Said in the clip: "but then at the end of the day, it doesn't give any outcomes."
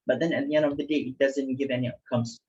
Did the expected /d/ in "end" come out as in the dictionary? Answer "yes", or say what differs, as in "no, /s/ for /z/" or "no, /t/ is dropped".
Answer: yes